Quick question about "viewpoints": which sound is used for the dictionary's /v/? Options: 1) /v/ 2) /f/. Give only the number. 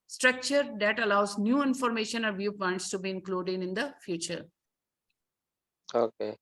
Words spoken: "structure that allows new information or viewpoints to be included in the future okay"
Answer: 1